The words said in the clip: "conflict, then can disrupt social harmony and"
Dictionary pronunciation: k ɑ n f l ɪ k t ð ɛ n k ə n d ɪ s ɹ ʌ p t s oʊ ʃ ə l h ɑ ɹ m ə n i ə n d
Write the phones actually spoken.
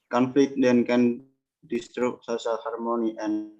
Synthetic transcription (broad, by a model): k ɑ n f l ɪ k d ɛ n k ə n d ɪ s ɹ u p s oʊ s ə l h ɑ ɹ m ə n i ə n